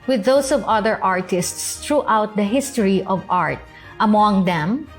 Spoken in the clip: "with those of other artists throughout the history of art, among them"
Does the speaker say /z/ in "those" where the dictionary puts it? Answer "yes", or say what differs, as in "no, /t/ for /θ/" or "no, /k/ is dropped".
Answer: no, /s/ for /z/